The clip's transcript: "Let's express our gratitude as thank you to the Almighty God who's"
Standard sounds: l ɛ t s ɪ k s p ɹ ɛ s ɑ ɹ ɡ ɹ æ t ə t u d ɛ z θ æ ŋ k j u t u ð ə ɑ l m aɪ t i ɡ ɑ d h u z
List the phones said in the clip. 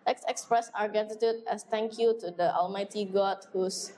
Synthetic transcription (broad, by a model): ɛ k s ɪ k s p ɹ ɛ s ɑ ɹ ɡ æ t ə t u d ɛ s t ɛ ŋ k j u t u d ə ɑ l m aɪ t i ɡ ɑ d h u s